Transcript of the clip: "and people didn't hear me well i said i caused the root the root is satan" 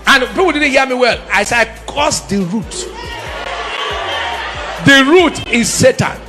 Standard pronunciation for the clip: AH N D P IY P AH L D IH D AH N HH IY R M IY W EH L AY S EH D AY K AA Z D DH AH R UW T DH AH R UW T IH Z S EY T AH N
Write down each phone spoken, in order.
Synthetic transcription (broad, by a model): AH N P IY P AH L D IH D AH N HH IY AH M IY W EH L AY S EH AY K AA S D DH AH R UW T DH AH R UW T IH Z S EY T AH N